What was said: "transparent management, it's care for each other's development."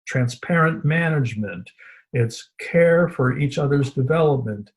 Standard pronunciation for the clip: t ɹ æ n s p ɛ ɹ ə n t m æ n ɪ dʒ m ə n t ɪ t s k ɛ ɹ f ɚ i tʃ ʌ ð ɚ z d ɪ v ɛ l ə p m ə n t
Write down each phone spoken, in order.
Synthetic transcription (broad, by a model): t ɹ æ n s p ɛ ɹ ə n m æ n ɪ dʒ m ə n t ɪ t s k ɛ ɹ f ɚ i tʃ ʌ ð ɚ z d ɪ v ɛ l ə p m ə n t